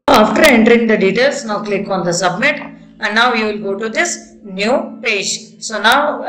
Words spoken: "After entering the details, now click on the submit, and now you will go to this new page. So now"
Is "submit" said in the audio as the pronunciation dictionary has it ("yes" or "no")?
yes